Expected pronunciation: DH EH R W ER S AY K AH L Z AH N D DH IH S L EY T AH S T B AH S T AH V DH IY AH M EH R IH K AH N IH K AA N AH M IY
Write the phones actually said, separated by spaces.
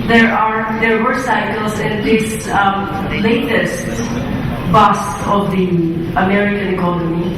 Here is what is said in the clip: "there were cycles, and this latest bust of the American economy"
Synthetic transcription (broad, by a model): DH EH R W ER S AY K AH L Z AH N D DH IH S L EY T AH S T B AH S AH V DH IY AH M EH R IH K AH N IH K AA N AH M IY